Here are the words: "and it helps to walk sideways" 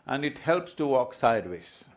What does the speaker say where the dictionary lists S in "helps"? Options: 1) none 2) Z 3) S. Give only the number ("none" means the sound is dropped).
3